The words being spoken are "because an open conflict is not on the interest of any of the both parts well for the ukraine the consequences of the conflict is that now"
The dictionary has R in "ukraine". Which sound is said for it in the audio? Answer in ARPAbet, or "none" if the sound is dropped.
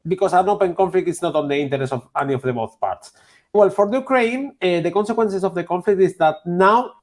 R